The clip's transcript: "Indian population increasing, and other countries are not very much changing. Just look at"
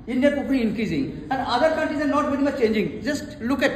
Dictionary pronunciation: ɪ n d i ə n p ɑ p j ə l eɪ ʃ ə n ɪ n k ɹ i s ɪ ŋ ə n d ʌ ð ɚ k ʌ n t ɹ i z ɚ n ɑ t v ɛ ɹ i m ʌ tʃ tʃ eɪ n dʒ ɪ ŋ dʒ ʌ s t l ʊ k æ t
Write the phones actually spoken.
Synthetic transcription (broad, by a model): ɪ n d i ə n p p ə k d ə ɪ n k ɹ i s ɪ ŋ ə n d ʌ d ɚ k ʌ n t ɹ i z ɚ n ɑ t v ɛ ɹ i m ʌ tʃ tʃ eɪ n dʒ ɪ ŋ dʒ ʌ s t l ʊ k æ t